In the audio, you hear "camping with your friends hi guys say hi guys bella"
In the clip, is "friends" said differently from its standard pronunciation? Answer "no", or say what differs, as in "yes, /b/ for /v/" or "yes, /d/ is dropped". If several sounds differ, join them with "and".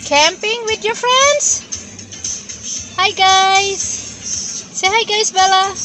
no